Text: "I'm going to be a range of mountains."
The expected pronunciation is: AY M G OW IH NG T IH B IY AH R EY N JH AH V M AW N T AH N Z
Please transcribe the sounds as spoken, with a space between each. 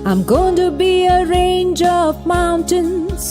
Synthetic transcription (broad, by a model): AY M G OW IH NG T IH B IY AH R EY N JH AH V M AW N T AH N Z